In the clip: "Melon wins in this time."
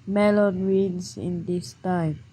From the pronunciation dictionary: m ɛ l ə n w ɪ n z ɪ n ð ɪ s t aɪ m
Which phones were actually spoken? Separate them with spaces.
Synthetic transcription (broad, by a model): m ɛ l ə n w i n s ɪ n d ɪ s t aɪ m